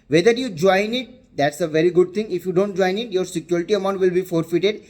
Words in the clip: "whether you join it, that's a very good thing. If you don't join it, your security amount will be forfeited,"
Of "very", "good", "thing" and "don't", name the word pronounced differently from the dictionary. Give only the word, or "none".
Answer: thing